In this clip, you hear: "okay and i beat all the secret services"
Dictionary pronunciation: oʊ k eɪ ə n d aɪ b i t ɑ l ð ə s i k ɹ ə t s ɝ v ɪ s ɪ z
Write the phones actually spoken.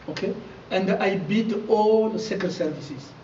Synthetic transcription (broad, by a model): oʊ k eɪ ə n d aɪ b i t ɑ l s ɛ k ə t s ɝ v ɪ s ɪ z